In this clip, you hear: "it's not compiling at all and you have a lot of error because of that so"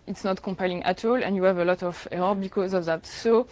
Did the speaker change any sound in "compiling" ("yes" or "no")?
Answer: no